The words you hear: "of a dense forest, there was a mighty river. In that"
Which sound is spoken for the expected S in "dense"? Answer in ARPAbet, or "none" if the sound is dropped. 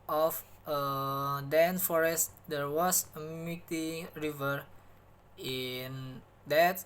none